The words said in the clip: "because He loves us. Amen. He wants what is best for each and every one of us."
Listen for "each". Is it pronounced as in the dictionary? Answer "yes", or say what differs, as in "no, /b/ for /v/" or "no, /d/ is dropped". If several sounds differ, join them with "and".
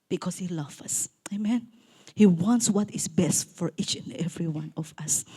yes